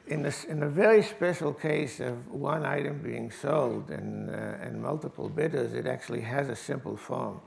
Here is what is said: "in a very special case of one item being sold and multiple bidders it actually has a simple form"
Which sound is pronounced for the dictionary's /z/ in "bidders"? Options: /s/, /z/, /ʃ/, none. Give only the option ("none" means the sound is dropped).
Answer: /z/